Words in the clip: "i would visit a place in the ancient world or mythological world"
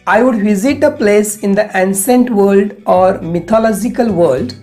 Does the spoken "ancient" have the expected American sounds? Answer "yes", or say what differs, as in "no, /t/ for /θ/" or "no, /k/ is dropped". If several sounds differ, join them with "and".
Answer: no, /s/ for /ʃ/